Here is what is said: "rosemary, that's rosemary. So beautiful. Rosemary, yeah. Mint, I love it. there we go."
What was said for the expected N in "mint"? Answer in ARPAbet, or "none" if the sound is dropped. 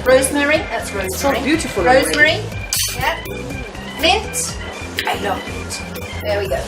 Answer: none